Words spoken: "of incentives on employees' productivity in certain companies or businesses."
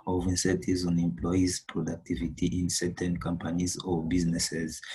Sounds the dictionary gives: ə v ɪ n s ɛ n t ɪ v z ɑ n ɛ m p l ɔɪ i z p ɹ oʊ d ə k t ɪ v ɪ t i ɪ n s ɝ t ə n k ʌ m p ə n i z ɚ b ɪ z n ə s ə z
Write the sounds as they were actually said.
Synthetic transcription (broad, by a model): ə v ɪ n s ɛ t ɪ z ɑ n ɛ m p l ɔɪ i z p ɹ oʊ d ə k t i v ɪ t i ɪ n s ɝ t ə n k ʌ m p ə n i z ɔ b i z n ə s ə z